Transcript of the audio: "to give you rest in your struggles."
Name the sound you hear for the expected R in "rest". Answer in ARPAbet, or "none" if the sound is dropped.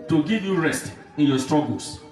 R